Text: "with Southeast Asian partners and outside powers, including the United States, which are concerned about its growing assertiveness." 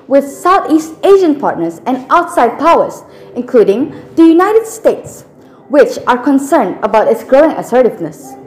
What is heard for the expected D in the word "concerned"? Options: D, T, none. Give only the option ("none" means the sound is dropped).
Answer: D